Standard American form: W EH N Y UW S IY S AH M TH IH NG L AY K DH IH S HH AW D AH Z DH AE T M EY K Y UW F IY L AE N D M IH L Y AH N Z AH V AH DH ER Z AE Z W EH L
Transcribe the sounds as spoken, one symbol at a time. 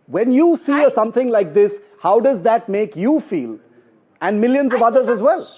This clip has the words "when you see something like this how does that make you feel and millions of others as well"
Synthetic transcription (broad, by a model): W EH N Y UW S IY S AH M T IH NG L AY K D IH S HH AW D AH Z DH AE T M EY K Y UW F IY L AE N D M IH L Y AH N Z AH V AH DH ER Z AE Z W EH L